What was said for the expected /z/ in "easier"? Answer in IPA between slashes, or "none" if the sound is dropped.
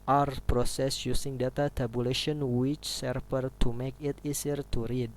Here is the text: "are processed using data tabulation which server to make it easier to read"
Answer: /s/